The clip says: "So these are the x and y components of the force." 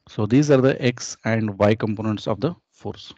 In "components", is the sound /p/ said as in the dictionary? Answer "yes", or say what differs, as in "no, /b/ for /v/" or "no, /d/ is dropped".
yes